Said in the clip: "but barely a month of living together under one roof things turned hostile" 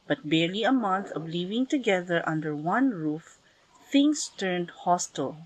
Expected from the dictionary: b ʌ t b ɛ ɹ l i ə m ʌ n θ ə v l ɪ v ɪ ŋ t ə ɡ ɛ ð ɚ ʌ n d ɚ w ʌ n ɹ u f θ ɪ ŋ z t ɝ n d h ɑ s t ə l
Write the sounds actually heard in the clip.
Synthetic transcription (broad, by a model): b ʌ t b ɛ ɹ l i ə m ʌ n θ ə v l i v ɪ ŋ t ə ɡ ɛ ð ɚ ʌ n d ɚ w ʌ n ɹ u f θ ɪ ŋ s t ɝ n d h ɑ s t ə l